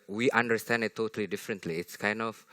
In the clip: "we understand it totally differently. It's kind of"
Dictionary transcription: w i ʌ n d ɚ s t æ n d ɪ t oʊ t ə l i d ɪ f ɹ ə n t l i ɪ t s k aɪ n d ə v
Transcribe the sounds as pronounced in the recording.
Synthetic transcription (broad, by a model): w i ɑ n d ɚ s t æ n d ɪ t oʊ t ə l i d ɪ f ɹ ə n t l i ɪ t s k aɪ n d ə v